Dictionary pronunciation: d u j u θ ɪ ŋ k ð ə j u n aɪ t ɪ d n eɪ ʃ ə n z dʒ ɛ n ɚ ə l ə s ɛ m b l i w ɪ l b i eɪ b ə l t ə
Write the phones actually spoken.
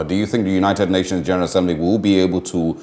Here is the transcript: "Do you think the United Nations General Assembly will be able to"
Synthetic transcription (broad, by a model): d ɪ j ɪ θ ɪ ŋ k ð ə j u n aɪ t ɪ d n eɪ ʃ ə n z dʒ ɛ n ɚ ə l ə s ɛ m b l i w ɪ l b i eɪ b ə l t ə